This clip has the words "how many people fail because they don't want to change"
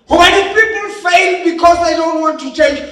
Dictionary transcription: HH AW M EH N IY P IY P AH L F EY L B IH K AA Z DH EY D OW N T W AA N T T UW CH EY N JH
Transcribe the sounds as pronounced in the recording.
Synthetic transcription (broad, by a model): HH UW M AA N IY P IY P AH N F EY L B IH K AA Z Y D OW N T W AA N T T UW CH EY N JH